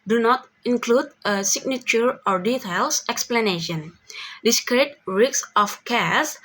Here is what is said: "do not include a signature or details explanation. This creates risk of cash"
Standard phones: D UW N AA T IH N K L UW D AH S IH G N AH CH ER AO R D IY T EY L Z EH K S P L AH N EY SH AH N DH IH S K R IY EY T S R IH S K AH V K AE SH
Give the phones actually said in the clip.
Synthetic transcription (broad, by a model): D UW N AA T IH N K L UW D AH S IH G N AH CH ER AO R D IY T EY L S EH K S P L AH N EY SH AH N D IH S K R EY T R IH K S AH F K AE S